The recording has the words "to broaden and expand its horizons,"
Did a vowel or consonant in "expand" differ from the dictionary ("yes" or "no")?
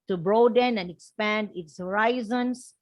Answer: no